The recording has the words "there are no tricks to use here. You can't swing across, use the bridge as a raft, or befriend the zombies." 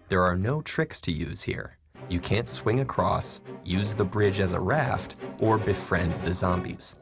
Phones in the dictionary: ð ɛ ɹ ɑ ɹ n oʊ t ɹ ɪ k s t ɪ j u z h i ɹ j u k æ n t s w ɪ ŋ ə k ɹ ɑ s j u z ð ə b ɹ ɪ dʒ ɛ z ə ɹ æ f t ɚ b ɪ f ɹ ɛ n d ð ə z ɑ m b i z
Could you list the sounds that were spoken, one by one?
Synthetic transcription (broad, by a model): ð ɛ ɹ ɑ ɹ n oʊ t ɹ ɪ k s t ɪ j u z h i ɹ j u k æ n t s w ɪ ŋ ə k ɹ ɑ s j u z ð ə b ɹ ɪ dʒ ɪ z ə ɹ æ f t ɚ b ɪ f ɹ ɛ n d ð ə z ɑ m b i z